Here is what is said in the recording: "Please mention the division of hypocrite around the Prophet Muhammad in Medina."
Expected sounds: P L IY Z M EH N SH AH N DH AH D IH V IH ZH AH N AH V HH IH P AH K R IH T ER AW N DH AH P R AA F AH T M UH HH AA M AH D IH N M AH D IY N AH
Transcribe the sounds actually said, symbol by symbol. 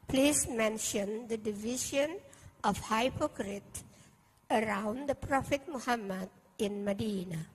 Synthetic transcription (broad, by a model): P L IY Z M EH N SH AH N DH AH D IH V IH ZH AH N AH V HH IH P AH K R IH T ER AW N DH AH P R AA F AH T M UH HH AA M AH D IH N M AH D IY N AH